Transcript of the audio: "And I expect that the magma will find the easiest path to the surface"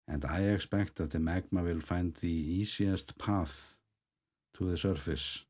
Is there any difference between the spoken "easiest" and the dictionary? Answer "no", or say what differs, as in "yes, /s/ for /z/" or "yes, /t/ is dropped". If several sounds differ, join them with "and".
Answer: yes, /s/ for /z/